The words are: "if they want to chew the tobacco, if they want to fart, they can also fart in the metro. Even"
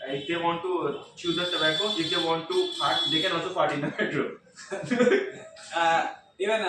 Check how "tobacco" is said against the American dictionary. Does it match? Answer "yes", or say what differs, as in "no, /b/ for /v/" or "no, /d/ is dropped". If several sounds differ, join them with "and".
no, /s/ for /t/